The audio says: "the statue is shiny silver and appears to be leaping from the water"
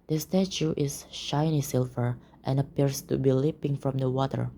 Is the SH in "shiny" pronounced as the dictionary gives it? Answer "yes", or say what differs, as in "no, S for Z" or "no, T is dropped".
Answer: yes